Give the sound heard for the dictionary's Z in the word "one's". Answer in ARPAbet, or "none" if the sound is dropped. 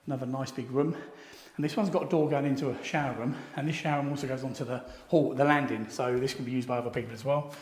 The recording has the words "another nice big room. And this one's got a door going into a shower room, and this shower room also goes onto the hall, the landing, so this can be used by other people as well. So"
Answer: Z